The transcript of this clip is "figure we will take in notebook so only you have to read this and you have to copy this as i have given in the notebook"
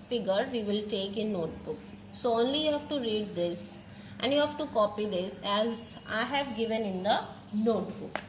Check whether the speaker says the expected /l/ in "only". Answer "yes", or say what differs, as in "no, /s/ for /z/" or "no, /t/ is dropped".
yes